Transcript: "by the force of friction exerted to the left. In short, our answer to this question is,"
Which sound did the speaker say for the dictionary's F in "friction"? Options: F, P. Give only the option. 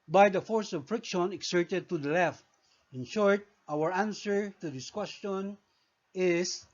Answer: F